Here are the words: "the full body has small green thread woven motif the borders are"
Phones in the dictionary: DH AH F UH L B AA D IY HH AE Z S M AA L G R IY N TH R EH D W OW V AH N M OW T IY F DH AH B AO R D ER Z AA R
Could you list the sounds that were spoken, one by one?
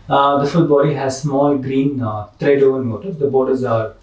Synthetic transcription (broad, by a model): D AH F UH L B AA D IY HH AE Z S M AA L G R IY N T R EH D OW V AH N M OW T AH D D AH B AO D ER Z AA R